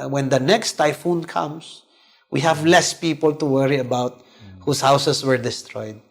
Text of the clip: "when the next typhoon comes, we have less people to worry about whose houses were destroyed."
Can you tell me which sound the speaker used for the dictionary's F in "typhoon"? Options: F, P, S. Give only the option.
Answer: F